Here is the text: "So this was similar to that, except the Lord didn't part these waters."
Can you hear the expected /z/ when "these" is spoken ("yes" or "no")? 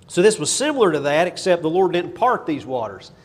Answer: yes